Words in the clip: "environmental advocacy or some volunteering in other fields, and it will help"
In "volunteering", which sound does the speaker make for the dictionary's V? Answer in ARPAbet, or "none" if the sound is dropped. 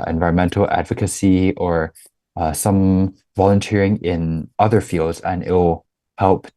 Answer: V